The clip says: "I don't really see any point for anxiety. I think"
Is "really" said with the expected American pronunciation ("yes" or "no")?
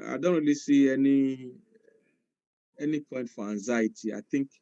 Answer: no